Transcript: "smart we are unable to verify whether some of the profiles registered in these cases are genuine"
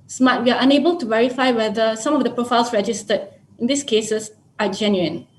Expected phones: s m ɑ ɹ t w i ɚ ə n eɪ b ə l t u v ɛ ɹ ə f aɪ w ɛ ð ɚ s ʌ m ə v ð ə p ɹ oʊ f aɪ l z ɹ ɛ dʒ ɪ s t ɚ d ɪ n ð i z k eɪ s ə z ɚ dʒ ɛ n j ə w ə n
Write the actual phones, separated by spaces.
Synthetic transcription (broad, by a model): s m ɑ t w i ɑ ə n eɪ b ə l t u v ɛ ɹ ə f aɪ w ɛ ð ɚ s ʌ m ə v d ə p ɹ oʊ f aɪ l s ɹ ɛ dʒ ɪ s t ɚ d ɪ n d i s k eɪ s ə s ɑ dʒ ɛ n j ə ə n